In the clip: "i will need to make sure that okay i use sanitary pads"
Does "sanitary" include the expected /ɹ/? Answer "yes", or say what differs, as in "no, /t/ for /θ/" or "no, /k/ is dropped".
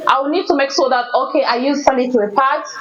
no, /ɹ/ is dropped